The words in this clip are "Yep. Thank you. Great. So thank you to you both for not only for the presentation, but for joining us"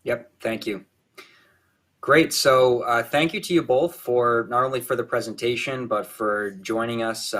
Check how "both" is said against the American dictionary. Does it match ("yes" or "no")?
yes